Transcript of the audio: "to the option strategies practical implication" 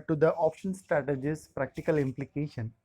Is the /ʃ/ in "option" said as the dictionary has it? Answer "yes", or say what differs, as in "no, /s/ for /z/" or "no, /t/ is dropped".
yes